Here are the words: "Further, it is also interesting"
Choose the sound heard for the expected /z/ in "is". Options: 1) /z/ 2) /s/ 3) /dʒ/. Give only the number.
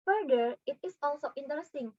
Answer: 2